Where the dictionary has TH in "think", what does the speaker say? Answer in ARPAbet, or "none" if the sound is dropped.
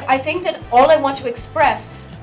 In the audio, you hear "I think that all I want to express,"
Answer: TH